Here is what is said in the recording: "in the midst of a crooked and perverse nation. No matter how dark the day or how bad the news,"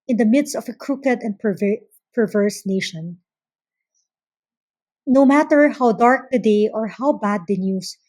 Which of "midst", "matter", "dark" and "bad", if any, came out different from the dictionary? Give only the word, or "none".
none